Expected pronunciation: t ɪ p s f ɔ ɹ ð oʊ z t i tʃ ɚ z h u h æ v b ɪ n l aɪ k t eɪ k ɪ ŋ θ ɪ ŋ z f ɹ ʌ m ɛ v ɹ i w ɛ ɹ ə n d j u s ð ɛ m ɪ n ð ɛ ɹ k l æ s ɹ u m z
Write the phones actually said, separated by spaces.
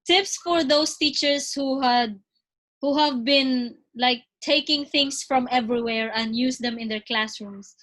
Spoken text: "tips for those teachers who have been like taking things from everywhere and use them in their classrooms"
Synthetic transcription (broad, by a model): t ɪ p s f ɔ ɹ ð oʊ s t i tʃ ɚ s h u h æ v b ɪ n l aɪ k t eɪ k ɪ ŋ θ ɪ ŋ s f ɹ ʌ m ɛ v ɹ i w ɛ ɹ ə n d j u s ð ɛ m ɪ n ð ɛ ɹ k l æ s ɹ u m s